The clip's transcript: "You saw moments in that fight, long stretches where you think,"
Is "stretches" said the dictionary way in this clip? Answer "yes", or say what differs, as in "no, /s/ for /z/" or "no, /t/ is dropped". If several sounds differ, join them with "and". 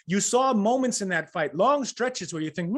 yes